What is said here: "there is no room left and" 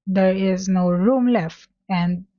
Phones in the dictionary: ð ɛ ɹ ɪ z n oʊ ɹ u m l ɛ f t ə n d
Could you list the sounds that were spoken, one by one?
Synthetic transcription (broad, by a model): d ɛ ɹ ɪ z n oʊ ɹ u m l ɛ f t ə n d